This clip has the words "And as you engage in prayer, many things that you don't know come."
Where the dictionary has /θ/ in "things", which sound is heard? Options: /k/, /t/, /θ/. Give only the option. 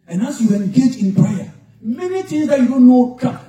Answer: /t/